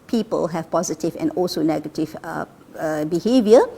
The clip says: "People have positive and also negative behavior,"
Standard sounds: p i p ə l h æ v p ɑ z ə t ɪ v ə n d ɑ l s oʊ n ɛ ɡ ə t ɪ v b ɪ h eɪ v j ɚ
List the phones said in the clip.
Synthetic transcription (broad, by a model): p i p ə l h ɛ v p ɑ z ə t ɪ v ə n ɑ l s oʊ n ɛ ɡ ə t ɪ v b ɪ h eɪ v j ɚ